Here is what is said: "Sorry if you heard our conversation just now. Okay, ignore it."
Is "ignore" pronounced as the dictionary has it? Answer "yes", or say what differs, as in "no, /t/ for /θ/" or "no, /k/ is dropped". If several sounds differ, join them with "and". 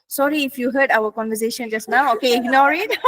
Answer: yes